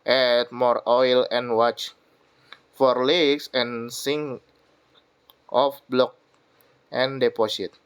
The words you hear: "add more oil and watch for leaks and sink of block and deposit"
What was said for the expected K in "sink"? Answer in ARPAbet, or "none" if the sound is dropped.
none